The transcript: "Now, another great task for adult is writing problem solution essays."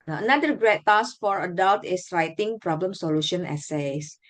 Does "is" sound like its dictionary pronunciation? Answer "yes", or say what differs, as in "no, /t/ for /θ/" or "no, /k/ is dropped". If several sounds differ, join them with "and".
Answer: no, /s/ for /z/